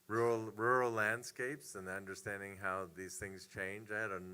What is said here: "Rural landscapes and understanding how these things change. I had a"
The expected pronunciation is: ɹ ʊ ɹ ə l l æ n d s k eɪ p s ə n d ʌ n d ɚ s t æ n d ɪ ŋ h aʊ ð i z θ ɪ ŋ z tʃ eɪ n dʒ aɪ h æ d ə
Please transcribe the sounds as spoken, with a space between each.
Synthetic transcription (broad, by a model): ɹ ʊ ɹ l l æ n d s k eɪ p s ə n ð ʌ n d ɚ s t æ n d ɪ ŋ h aʊ ð i z θ ɪ ŋ z tʃ eɪ n dʒ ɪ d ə